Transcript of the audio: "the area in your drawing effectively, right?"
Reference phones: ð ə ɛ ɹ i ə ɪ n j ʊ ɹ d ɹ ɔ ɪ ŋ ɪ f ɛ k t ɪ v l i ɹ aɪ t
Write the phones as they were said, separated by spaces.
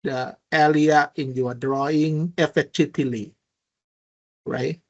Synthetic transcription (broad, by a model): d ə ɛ l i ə ɪ n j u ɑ d ɹ ɔ ɪ ŋ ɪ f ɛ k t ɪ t l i ɹ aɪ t